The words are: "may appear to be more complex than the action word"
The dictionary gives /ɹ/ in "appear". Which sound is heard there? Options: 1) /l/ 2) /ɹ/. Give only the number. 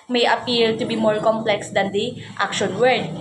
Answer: 1